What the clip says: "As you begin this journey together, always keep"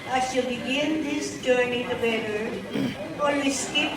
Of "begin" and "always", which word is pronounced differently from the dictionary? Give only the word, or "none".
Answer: always